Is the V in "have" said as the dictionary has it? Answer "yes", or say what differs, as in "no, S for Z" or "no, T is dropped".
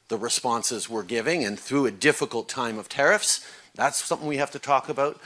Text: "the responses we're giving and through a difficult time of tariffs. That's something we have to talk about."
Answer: no, F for V